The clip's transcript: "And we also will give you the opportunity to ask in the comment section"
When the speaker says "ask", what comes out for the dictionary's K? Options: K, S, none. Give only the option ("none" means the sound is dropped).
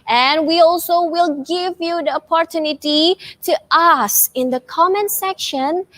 none